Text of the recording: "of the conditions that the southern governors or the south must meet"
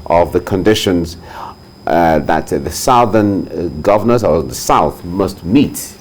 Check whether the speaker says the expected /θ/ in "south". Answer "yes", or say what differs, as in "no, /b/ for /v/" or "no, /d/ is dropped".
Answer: yes